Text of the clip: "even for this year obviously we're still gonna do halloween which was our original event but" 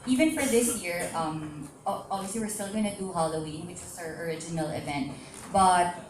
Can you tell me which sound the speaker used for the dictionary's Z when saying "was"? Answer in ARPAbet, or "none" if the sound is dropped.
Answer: S